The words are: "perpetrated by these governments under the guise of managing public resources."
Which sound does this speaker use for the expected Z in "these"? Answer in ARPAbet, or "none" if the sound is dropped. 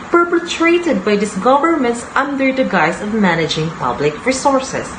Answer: S